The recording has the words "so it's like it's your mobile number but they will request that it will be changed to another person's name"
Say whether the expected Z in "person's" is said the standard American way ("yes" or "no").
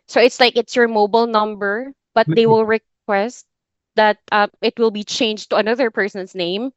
no